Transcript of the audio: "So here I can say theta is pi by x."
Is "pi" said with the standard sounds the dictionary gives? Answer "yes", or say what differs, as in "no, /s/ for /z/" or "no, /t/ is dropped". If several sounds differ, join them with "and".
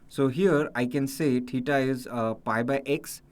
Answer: yes